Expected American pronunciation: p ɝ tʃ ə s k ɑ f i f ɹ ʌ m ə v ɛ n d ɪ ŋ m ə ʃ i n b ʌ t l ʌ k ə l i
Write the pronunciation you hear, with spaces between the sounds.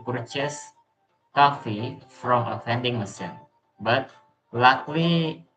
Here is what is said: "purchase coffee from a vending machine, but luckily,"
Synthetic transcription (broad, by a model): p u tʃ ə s k ɑ f i f ɹ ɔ m ə f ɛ n d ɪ ŋ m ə s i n b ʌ t l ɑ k l i